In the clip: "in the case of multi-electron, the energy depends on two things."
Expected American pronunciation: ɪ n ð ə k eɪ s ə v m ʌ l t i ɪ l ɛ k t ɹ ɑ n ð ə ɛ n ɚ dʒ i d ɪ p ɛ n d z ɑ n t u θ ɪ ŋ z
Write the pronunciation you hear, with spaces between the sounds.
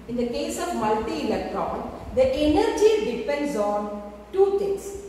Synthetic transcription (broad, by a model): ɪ n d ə k eɪ s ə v m ʌ l t i ɪ l ɛ k t ɹ ɑ n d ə ɛ n ɚ dʒ i d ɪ p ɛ n d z ɑ n t u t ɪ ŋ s